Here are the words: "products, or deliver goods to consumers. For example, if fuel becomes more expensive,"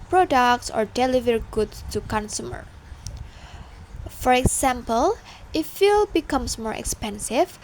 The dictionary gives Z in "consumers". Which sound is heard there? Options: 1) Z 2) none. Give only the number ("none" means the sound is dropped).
2